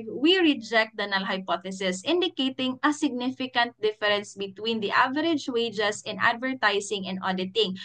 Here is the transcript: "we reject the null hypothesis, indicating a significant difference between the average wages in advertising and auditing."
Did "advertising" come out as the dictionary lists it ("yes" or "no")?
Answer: no